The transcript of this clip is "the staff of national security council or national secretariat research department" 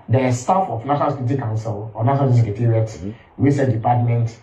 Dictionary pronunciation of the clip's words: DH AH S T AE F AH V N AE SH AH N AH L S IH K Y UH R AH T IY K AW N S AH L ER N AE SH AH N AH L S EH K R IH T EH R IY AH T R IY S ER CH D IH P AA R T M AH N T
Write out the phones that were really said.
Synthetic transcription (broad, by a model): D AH S T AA F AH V N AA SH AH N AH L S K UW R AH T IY K AW N S AH L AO N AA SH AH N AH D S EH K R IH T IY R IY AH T W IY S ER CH D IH P AA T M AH N T